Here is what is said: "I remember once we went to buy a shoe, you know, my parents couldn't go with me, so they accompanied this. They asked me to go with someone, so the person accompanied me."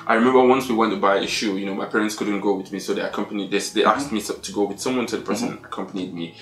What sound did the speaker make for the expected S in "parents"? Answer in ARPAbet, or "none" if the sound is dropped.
S